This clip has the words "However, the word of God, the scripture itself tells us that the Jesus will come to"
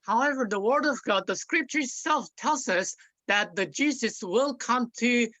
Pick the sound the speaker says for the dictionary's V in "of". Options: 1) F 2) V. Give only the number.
2